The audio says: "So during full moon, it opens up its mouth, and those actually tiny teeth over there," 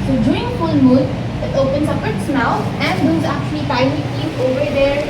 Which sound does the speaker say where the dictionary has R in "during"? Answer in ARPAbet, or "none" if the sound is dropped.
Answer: none